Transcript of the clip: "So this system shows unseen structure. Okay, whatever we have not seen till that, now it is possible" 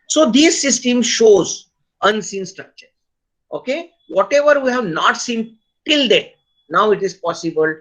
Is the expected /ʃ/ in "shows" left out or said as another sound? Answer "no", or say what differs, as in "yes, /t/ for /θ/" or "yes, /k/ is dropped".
no